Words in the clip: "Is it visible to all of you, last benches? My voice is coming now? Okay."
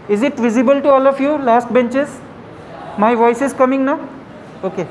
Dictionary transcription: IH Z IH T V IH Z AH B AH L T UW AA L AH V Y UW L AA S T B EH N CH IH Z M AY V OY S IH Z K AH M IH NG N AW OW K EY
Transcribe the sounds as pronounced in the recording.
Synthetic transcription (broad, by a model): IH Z IH T V IH Z AH B AH L T UW AA L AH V Y UW L AA S T B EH N CH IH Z M AY V OY S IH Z K AH M IH NG N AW OW K EY